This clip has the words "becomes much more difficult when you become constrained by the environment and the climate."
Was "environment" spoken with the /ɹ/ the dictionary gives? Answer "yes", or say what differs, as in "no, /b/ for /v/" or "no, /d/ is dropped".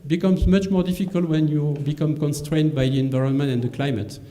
yes